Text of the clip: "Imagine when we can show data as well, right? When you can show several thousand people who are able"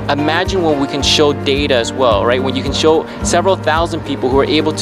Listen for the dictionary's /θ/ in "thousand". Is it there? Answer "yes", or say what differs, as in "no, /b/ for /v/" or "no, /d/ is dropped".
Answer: yes